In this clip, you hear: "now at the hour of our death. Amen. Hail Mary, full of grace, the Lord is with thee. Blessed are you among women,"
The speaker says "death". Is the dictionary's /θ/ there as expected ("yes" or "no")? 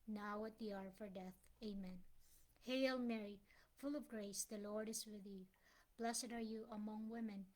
yes